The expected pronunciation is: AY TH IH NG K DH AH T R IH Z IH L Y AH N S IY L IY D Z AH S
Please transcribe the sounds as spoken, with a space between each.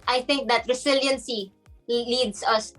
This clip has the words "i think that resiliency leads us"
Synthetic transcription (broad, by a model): AY TH IH NG K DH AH T R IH S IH L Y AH N S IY L IY D S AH S